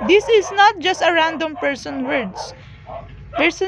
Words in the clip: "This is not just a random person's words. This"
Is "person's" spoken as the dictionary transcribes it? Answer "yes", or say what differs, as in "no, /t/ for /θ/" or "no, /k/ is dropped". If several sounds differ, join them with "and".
no, /z/ is dropped